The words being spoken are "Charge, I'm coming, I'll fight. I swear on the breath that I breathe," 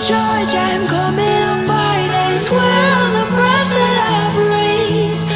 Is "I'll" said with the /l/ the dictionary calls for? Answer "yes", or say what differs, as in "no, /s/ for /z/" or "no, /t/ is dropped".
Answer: no, /n/ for /l/